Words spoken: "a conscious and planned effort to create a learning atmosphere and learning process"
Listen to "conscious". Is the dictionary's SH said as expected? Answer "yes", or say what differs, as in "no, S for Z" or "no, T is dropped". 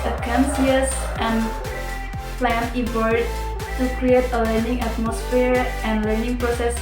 no, S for SH